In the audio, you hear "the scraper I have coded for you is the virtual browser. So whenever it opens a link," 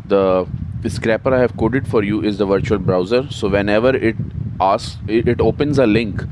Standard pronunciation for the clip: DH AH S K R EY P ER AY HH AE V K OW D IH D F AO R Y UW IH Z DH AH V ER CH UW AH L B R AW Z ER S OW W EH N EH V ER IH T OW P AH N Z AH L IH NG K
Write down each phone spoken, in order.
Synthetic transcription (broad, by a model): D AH S K R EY P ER AY HH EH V K OW D IH D F AO R Y UW IH Z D AH V ER CH UW AH L B R AW Z ER S OW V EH N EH V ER IH T OW P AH N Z AH L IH NG K